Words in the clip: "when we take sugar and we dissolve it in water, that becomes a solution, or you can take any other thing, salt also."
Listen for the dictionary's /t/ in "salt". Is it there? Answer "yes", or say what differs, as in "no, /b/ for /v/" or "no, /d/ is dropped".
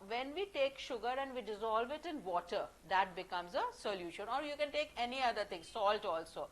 yes